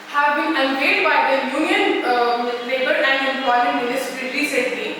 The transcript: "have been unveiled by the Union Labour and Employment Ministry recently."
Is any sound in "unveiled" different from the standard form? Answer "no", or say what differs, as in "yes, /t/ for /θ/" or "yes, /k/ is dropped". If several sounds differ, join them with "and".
yes, /l/ is dropped